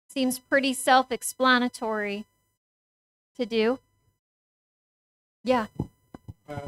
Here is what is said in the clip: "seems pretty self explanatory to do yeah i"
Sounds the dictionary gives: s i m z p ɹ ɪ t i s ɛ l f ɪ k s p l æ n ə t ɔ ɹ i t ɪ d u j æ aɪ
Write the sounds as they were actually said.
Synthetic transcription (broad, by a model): s i m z p ɹ ɪ t i s ɛ l f ɪ k s p l æ n ə t ɔ ɹ i t ɪ d u j æ